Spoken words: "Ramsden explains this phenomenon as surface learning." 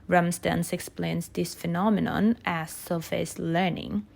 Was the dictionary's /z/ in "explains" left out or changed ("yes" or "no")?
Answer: yes